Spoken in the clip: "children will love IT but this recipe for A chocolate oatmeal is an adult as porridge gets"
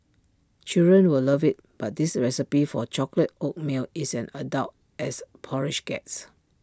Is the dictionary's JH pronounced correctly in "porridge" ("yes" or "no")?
no